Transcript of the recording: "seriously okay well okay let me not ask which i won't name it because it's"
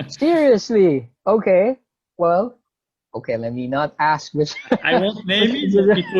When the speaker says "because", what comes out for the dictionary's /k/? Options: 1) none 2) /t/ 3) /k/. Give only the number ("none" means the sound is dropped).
1